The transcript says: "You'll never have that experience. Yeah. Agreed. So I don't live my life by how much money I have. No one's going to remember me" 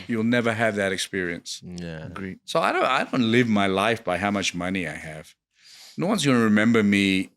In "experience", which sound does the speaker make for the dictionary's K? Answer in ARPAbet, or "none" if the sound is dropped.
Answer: K